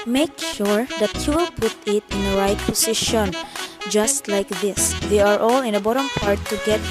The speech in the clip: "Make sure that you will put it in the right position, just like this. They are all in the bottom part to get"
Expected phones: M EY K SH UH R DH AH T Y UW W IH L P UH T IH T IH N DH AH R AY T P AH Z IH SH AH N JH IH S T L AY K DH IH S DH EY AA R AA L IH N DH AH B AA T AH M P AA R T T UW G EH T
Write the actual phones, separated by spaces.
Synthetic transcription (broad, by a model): M EY K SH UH R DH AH T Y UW W IH L P UH T IH T IH N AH R AY T P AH S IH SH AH N JH IH S T L AY K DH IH S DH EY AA R AA L IH N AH B AA T AH M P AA R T T UW G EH T